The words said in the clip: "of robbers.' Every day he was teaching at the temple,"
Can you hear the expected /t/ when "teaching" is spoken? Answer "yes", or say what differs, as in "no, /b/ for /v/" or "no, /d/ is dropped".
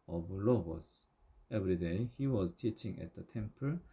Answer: yes